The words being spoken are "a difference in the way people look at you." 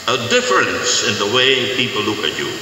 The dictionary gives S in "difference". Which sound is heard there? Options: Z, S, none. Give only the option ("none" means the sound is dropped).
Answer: S